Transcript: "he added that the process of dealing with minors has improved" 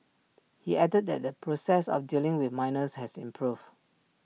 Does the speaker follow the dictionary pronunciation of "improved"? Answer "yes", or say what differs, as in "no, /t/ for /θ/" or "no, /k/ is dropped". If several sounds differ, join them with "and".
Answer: no, /d/ is dropped